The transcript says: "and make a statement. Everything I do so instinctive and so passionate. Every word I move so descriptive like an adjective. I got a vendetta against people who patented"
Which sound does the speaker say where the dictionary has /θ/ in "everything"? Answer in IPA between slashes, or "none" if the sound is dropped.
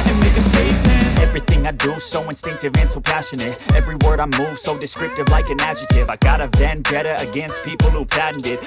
/θ/